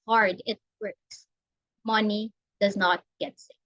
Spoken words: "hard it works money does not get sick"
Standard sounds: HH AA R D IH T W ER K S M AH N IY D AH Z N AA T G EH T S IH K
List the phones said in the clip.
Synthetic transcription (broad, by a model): HH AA R D IH T W ER K S M AH N IY D AH Z N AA T G EH T S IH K